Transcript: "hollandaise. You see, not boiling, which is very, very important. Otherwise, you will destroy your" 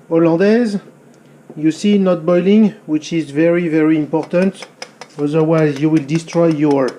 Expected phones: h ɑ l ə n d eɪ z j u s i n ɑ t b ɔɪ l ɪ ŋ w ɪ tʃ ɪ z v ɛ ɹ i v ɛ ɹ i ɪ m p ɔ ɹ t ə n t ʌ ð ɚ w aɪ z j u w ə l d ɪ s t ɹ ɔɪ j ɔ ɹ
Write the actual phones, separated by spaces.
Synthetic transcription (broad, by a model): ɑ l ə d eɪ z j u s i n ɑ t b ɔɪ l ɪ ŋ w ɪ tʃ ɪ z v ɛ ɹ i v ɛ ɹ i ɪ m p ɔ ɹ t ə n t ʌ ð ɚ w aɪ z j u w ə l d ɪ s t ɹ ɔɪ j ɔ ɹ